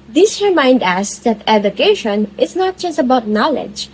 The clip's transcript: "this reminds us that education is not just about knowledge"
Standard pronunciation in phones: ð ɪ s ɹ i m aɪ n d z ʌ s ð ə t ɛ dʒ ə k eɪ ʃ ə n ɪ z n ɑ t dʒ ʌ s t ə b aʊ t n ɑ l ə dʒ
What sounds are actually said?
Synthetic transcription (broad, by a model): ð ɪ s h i m aɪ n d æ s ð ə t ɛ dʒ ə k eɪ ʃ ə n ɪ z n ɑ t dʒ ʌ s t ə b aʊ t n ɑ l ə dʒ